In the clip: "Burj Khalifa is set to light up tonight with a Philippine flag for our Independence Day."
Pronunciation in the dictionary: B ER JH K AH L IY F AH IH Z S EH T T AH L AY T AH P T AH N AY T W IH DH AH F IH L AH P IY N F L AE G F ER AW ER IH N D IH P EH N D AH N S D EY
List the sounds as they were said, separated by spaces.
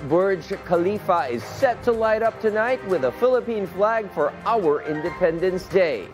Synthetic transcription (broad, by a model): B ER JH K AH L IY F AH IH Z S EH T T AH L AY T AH P T AH N AY T W IH DH AH F IH L AH P IY N F L AE G F ER AW ER IH N D IH P EH N D AH N S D EY